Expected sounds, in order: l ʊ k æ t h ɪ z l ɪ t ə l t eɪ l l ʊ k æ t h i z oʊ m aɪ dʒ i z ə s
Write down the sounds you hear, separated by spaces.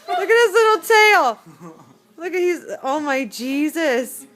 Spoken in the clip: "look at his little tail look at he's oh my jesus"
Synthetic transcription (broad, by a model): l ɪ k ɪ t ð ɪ s l ɪ t l t eɪ l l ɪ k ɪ h i z oʊ m aɪ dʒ i z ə s